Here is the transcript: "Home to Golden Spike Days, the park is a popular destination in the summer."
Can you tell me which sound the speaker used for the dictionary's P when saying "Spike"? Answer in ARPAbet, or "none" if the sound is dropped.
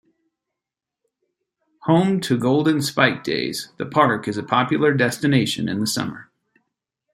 P